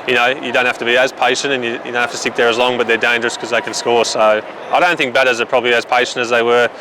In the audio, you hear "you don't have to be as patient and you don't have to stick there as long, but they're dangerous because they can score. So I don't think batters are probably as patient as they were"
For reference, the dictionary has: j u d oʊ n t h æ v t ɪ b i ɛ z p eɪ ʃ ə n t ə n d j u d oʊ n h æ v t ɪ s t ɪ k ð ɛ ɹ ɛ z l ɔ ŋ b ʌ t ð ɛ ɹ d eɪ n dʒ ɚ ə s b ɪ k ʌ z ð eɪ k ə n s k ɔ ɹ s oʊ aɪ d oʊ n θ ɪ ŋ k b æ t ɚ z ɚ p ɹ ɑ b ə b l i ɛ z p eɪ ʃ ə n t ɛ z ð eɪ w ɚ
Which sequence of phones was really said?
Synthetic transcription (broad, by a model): j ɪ d oʊ n t h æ f t ɪ b i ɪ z p eɪ ʃ ə n t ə n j j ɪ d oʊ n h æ t ɪ s t ɪ k ð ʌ ɹ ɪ z l ɔ ŋ b ʌ t ð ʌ ɹ d eɪ n dʒ ɚ ə s k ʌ z ð eɪ k ə n s k ɔ ɹ s oʊ aɪ d oʊ n θ ɪ ŋ k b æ t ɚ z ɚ p ɹ ɑ b ə b l i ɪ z p eɪ ʃ ə n t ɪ z ð eɪ w ɚ